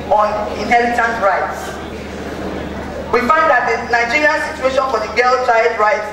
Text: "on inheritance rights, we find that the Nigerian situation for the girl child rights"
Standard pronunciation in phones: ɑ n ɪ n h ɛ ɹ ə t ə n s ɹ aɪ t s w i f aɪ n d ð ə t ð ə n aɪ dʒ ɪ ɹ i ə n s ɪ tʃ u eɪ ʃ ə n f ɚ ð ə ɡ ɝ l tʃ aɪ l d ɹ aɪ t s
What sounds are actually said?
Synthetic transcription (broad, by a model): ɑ n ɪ n h ɛ l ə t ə n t ɹ aɪ t s w i f aɪ n d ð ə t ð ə n aɪ dʒ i ɹ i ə n s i tʃ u eɪ ʃ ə n f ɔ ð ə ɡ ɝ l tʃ aɪ d ɹ aɪ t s